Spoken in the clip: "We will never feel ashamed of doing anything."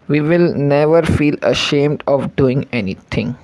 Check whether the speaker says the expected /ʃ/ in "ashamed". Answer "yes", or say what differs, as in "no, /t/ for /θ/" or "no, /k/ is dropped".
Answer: yes